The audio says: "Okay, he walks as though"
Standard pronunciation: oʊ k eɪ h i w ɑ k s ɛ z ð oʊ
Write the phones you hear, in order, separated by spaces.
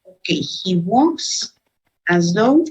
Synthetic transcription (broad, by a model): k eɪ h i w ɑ s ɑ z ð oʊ